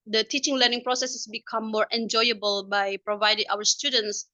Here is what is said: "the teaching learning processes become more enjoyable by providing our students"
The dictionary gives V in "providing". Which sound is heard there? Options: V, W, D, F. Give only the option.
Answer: V